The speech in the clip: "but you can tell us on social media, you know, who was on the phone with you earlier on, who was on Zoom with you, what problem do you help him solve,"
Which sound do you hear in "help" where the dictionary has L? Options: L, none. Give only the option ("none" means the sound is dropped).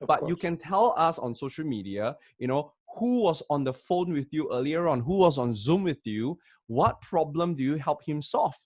L